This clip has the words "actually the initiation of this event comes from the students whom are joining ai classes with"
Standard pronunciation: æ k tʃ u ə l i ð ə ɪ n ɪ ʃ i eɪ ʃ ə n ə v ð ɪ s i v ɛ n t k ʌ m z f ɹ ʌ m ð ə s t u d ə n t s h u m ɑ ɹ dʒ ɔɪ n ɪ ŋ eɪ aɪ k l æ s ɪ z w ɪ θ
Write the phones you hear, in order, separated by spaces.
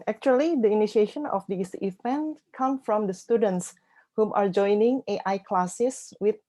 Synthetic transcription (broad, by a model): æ k tʃ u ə l i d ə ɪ n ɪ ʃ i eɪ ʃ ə n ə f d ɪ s i v ɛ n t k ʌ m f ɹ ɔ m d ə s t u d ə n t s h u m ɑ ɹ dʒ ɔɪ n ɪ ŋ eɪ aɪ k l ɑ s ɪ s w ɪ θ